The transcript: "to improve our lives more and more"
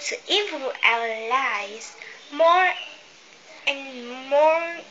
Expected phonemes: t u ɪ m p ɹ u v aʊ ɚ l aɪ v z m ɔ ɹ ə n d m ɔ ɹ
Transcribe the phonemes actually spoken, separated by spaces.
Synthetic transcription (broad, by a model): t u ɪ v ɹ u aʊ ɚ l aɪ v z m ɔ ɹ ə n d m ɔ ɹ